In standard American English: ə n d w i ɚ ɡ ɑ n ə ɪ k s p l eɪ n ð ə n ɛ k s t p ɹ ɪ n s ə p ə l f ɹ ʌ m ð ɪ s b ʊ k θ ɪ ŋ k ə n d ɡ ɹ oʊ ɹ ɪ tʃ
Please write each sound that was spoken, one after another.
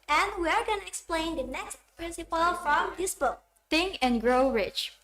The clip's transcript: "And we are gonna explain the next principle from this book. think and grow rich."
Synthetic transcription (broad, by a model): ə n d w i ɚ ɡ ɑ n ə ɪ k s p l eɪ n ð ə n ɛ k s t p ɹ ɪ n s ə p ə l f ɹ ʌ m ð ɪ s b ʊ k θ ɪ ŋ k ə n ɡ ɹ oʊ ɹ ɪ tʃ